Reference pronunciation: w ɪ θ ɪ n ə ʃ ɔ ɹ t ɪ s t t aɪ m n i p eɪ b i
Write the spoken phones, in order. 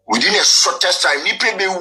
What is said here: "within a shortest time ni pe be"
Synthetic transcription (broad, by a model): w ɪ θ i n ə s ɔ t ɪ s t t aɪ m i p eɪ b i